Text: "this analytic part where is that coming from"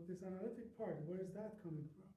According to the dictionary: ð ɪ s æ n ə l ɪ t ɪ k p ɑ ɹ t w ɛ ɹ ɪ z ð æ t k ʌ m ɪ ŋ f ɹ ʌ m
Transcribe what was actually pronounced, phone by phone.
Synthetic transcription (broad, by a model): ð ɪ s æ n ə l ɪ t ɪ k p ɑ ɹ t w ɛ ɹ ɪ z ð æ t k ʌ m ɪ ŋ f ɹ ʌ m